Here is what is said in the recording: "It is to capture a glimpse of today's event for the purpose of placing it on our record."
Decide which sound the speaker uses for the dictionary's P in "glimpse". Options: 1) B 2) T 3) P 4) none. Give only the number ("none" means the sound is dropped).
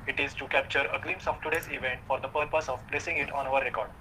4